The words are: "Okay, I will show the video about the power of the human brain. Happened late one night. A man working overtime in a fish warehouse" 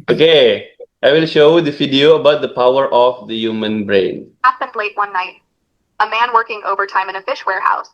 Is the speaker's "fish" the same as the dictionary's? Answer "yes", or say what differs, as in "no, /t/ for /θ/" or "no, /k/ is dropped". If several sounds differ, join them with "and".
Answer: yes